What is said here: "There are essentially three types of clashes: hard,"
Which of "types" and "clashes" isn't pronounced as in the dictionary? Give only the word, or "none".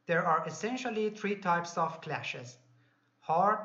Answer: none